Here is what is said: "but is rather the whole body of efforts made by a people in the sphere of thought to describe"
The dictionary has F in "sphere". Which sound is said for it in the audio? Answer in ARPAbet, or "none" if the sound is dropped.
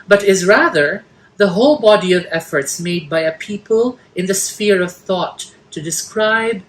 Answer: F